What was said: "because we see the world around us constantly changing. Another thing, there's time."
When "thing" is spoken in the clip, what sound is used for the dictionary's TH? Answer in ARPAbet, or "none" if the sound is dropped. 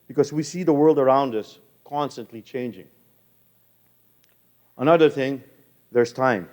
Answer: TH